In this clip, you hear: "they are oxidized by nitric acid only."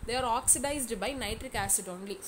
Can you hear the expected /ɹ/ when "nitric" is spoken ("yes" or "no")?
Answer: yes